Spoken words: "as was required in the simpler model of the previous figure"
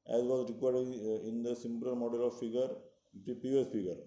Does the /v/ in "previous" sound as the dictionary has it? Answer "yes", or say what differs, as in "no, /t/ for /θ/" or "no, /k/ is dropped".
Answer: no, /p/ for /v/